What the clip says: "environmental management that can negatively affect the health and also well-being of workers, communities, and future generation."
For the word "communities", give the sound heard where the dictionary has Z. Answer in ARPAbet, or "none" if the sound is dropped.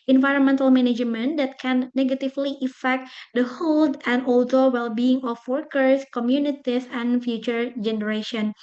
S